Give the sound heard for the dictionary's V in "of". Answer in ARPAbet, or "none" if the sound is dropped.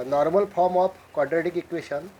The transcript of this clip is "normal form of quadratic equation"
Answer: P